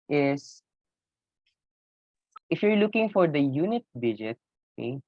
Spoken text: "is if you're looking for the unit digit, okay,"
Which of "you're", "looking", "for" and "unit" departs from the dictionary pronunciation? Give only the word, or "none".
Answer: none